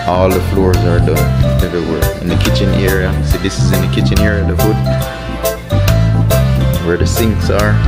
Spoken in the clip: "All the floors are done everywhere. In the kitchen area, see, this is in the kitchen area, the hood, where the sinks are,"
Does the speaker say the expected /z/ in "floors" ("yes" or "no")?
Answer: yes